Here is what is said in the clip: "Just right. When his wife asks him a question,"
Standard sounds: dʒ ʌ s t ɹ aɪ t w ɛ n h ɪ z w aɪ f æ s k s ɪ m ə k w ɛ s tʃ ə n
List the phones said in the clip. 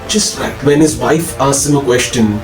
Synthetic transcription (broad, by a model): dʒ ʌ s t l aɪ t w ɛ n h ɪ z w aɪ f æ s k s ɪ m ə k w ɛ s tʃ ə n